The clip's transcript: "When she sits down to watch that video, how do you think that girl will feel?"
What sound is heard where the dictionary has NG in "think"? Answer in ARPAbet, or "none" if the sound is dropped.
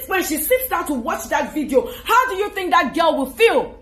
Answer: NG